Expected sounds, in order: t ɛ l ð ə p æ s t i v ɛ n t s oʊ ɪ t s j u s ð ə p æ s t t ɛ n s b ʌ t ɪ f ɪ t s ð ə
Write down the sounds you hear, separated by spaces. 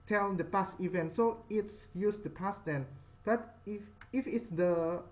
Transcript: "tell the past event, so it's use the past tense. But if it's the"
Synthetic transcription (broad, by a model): t ɛ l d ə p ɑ s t i v ɛ n t s oʊ ɪ t s j u s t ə p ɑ s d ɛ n b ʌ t ɪ f ɪ t s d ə